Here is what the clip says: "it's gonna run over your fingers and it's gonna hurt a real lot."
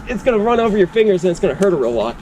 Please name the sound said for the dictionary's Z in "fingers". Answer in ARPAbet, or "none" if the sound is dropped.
Z